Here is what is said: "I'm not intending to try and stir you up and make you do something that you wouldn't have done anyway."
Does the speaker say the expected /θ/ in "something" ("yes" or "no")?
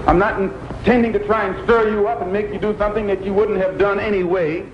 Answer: yes